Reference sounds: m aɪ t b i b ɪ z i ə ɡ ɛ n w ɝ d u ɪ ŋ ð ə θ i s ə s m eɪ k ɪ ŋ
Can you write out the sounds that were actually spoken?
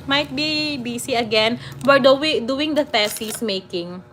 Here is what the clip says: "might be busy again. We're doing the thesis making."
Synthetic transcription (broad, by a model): m aɪ t b i b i s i ə ɡ ɛ n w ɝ d u ɪ ŋ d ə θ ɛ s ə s m eɪ k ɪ ŋ